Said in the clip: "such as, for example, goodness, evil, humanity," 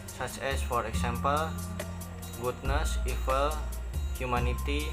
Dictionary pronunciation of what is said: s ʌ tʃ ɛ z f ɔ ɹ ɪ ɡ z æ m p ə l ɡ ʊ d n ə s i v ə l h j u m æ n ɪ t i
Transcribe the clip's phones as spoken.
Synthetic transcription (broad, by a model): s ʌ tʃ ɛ s f ɔ ɹ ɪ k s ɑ m p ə l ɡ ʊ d n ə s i f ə l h j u m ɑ n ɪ t i